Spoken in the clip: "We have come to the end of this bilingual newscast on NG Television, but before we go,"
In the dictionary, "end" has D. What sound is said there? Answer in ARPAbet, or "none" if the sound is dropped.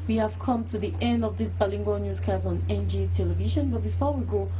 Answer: D